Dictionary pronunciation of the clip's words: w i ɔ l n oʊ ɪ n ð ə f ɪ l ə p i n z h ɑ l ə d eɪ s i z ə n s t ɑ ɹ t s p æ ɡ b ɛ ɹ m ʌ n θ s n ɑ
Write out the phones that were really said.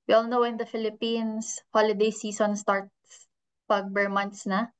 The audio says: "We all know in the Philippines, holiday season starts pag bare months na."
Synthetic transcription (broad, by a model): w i ɔ l n oʊ ɪ n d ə f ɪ l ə p i n s h ɑ l ə d eɪ s i s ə n s t ɑ ɹ t s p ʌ ɡ b ɛ ɹ m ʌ n t s n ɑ